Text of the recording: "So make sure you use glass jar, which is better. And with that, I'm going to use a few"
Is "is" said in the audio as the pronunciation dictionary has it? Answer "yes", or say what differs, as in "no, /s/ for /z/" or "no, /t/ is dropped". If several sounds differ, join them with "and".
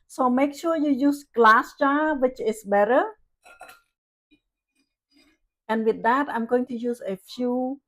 no, /s/ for /z/